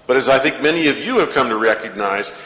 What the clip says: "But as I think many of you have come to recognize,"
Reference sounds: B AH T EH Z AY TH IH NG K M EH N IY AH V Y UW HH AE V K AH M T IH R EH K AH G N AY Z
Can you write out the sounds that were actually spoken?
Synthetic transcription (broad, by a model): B AH T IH Z AY TH IH NG K M EH N IY AH V Y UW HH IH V K AH M T IH R EH K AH G N AY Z